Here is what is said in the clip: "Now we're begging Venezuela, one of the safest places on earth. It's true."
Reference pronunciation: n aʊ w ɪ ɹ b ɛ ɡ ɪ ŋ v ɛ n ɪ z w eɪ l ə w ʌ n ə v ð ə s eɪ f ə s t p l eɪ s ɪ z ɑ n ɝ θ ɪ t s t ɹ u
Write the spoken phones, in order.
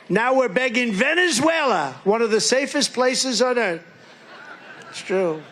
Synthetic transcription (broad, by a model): n aʊ w ɪ ɹ b ɛ ɡ ɪ ŋ v ɛ n ɪ z w eɪ l ə w ʌ n ə v ð ə s eɪ f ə s p l eɪ s ɪ z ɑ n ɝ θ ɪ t s t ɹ u